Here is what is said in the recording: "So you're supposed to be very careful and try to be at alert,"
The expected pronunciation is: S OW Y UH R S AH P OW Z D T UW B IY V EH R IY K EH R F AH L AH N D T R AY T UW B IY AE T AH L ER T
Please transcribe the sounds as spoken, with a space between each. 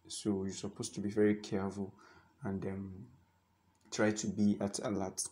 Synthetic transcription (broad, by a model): S OW Y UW S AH P OW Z T UW B IY V EH R IY K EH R F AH L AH N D T R AY T UW B IY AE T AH L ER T